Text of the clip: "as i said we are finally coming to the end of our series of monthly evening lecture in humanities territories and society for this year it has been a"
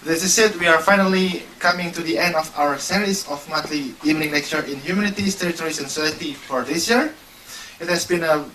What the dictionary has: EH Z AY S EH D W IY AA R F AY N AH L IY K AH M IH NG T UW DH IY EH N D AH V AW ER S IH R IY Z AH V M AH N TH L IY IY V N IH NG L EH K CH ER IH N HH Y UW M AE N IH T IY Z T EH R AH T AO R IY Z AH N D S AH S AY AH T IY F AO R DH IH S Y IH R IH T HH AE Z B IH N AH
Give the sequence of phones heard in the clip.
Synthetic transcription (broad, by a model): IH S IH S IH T W IY AA R F AY N AH L IY K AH M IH NG T UW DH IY EH N D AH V AW ER S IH R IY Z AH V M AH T L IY IY V N IH NG N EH K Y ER IH N HH Y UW M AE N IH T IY S T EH R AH T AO R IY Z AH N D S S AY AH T IY F AO R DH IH S Y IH R IH T HH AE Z B IH N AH